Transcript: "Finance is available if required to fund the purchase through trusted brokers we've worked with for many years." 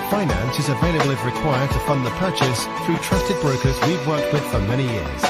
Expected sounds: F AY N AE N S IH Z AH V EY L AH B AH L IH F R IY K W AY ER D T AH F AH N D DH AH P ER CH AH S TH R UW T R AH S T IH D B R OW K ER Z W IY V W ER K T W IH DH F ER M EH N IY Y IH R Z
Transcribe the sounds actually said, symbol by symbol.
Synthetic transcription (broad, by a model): F AY N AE N S IH Z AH V EY L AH B L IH R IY K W AY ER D T AH F AH N DH AH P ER CH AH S TH R UW T R AH S T IH D B R OW K ER Z W IY V W ER K T W IH DH F ER M EH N IY Y IH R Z